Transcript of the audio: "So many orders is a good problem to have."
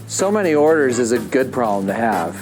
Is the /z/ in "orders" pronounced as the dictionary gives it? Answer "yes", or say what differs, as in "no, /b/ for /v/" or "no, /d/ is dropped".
yes